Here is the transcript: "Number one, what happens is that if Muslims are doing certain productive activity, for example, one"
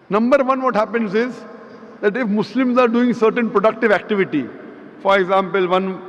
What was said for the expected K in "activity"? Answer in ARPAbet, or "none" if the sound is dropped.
K